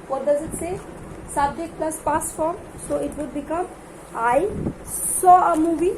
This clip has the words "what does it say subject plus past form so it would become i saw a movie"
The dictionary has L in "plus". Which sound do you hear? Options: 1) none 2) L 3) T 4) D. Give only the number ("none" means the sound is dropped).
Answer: 2